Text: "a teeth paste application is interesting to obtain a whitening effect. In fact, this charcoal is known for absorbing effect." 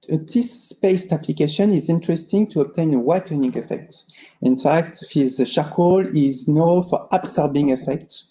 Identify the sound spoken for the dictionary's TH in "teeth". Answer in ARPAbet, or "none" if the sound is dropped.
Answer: S